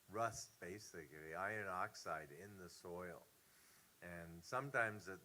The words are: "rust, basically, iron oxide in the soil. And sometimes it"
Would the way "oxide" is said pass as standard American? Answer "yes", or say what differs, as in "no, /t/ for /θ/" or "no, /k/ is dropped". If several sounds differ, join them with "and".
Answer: yes